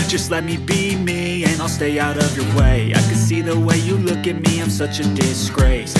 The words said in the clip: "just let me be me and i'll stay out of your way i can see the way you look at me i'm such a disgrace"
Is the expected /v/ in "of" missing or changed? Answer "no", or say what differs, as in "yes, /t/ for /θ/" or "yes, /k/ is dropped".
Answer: no